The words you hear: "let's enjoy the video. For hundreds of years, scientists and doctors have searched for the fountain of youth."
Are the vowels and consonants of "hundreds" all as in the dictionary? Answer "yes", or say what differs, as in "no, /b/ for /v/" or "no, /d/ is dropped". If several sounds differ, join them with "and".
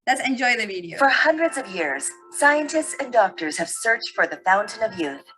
yes